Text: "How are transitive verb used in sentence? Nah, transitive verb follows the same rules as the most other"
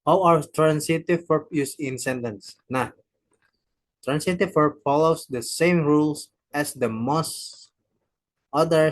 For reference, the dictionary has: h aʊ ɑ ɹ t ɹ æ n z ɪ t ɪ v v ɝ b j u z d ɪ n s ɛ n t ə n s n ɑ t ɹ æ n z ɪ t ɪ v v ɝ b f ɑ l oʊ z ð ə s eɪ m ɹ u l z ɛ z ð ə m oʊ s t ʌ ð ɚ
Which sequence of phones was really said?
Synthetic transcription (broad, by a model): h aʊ ɑ ɹ t ɹ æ n s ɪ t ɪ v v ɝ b j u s ɪ n s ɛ n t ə n s n ɑ t ɹ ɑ n s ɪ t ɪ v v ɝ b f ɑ l oʊ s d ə s eɪ m ɹ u l s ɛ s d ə m oʊ s t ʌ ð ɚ